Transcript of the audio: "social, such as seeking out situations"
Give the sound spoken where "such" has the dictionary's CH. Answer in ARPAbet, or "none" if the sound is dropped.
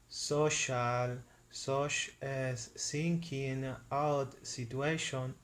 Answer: SH